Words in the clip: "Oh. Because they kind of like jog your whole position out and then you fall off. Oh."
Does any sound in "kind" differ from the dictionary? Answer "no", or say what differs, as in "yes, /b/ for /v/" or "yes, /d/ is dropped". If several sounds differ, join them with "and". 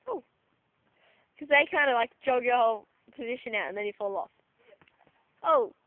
no